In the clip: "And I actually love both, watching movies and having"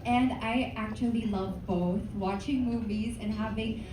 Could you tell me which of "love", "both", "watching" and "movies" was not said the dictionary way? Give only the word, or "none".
none